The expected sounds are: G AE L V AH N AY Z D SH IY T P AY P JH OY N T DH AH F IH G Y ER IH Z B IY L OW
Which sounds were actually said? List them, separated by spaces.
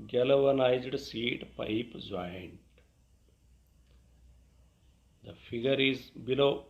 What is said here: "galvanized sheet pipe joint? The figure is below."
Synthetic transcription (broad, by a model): G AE L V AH N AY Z D S IY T P AY P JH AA N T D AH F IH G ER IH Z B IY L OW